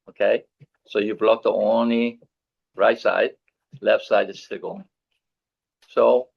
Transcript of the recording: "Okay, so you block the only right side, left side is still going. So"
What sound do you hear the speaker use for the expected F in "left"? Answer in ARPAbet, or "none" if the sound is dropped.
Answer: F